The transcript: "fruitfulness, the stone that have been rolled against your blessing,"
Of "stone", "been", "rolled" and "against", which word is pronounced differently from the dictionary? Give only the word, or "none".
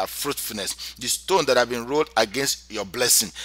none